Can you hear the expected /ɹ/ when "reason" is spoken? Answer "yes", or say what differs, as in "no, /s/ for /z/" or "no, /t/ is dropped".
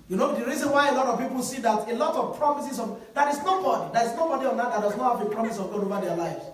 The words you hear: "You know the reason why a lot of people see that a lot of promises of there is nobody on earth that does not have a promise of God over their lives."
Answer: yes